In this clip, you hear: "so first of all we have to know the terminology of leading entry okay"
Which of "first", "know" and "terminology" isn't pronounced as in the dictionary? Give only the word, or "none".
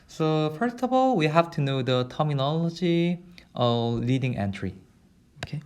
none